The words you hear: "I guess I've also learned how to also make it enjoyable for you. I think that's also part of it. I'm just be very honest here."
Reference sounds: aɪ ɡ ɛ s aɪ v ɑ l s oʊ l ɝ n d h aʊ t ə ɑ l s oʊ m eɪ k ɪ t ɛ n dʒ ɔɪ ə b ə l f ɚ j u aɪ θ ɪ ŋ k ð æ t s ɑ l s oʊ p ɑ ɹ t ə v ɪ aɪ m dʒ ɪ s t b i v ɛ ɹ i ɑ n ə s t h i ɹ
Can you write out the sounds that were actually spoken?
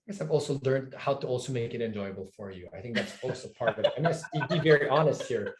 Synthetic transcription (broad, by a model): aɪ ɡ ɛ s aɪ v ɑ l s oʊ l ɝ n d h aʊ t ə ɑ l s oʊ m eɪ k ɪ t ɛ n dʒ ɔɪ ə b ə l f ɚ j u aɪ θ ɪ ŋ k ð æ t s ɑ l s oʊ p ɑ ɹ t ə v ɪ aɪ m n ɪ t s b i v ɛ ɹ i ɑ n ə s t h i ɹ